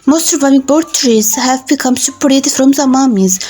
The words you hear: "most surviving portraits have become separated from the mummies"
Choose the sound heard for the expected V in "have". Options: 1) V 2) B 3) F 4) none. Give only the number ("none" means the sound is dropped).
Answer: 1